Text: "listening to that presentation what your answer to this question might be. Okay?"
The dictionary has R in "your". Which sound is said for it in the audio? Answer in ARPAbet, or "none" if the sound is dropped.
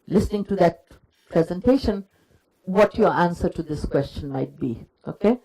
R